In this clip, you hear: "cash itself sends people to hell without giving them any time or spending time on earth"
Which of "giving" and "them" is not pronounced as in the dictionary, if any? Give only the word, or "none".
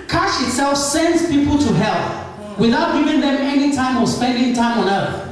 none